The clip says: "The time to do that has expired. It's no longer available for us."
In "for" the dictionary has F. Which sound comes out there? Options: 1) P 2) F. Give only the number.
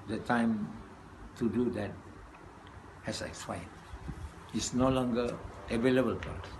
1